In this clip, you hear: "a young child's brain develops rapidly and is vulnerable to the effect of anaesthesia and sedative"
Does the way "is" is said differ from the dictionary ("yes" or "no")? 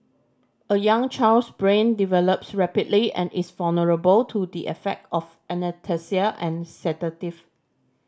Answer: yes